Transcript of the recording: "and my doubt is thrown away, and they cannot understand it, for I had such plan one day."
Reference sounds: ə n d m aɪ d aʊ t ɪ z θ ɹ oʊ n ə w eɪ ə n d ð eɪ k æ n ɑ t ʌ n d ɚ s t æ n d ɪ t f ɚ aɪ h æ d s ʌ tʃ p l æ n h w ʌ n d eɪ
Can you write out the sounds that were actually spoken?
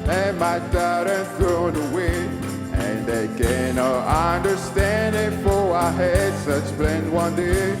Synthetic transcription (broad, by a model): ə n m aɪ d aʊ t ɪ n θ ɹ oʊ n ə w eɪ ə n ð eɪ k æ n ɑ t ʌ n d ɚ s t æ n d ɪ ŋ f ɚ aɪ h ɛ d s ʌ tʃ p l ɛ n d w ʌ n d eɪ